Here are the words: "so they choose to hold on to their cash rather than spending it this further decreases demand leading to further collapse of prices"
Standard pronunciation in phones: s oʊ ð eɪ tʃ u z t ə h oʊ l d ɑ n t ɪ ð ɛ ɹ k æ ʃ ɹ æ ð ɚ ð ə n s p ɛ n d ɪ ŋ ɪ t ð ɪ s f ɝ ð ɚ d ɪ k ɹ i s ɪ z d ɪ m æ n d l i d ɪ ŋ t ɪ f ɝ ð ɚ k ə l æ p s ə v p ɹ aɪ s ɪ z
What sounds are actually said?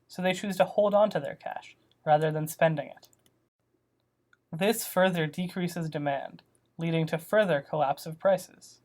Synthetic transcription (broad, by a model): s oʊ ð eɪ tʃ u z t ə h oʊ l d n t ɪ ð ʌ ɹ k æ ʃ ɹ æ ð ɚ ð ə n s p ɛ n d ɪ ŋ ɪ t ð ɪ s f ɝ ð ɚ d ɪ k ɹ i s ɪ z d ɪ m æ n d l i d ɪ ŋ t ɪ f ɝ ð ɚ k ə l æ p s ə v p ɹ aɪ s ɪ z